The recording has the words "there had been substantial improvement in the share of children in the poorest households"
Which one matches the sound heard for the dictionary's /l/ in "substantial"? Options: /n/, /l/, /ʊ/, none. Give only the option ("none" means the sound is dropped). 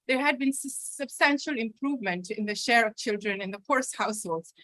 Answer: /l/